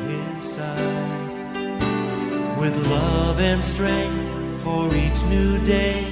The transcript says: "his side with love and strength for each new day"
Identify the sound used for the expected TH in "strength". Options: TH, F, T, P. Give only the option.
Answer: TH